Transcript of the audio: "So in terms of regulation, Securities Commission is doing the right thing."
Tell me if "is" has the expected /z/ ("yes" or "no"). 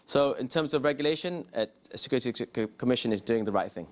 yes